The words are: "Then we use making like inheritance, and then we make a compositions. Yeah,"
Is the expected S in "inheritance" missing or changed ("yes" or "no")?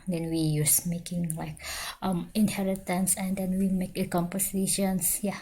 no